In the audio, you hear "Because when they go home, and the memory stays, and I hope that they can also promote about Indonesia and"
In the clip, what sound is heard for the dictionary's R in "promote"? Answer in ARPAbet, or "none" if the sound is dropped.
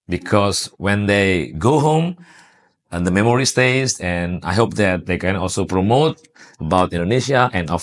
R